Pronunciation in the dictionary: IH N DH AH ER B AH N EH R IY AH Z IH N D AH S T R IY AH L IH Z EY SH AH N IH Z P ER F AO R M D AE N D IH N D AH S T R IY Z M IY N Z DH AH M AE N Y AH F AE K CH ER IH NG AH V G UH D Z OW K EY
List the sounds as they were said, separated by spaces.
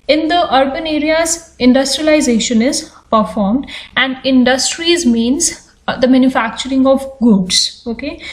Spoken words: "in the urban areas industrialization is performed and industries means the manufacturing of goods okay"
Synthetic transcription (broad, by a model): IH N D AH ER B AH N EH R IY AH Z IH N D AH S T R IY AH L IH Z EY SH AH N IH Z P ER F AO R M D AE N D IH N D AH S T R IY Z M IY N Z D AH M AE N Y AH F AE K CH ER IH NG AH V G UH D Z OW K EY